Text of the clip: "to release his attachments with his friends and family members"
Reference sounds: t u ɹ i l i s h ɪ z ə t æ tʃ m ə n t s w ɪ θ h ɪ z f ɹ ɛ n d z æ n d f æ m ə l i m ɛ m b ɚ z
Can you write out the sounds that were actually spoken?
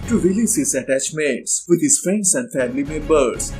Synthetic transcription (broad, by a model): t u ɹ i l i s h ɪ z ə t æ tʃ m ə t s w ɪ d h ɪ z f ɹ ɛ n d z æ n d f æ m ə l i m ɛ b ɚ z